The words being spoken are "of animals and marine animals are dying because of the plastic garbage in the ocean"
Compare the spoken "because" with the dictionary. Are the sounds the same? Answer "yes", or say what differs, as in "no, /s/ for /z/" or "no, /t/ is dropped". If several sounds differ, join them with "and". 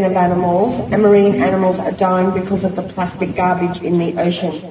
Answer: yes